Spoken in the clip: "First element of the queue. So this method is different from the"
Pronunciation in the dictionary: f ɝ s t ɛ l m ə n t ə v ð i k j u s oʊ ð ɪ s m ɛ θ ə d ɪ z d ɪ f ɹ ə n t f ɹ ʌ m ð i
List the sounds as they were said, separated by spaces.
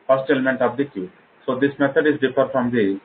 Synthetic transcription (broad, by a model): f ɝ s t ɛ l m ə n t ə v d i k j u s oʊ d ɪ s m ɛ t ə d ɪ z d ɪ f ə t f ɹ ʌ m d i